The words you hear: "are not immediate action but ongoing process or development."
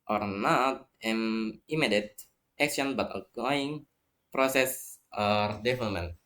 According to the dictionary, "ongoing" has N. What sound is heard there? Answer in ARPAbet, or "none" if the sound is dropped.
none